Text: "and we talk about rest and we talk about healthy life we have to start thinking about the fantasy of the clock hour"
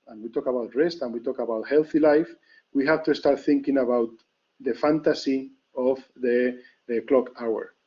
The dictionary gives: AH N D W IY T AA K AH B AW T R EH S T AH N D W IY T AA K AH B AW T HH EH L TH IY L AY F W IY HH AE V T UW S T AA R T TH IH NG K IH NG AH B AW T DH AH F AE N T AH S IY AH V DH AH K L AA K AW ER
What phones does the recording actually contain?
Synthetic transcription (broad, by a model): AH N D W IY T AA K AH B AW T R EH S T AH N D W IY T AA K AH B AW T HH EH L TH IY L AY F W IY HH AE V T UW S T AA R T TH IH NG K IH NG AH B AW T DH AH F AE N T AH S IY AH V DH AH K L AA K AW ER